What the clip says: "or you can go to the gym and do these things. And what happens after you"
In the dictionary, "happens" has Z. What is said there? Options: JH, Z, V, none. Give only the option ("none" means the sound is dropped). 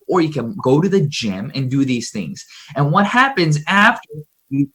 Z